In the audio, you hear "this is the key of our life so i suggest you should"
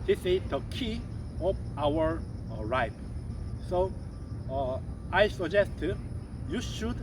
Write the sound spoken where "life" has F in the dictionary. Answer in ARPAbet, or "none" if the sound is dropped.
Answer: P